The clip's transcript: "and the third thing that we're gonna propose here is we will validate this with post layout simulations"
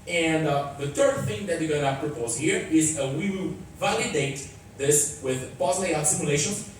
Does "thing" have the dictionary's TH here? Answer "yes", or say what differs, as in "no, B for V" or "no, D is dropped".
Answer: yes